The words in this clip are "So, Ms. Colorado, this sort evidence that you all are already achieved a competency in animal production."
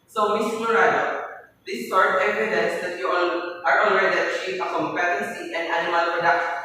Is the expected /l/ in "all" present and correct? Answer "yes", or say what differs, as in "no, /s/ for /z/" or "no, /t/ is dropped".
no, /n/ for /l/